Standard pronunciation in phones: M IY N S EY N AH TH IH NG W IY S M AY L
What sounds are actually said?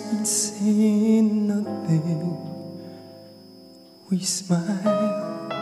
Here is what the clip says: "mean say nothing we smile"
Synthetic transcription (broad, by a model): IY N S EY N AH T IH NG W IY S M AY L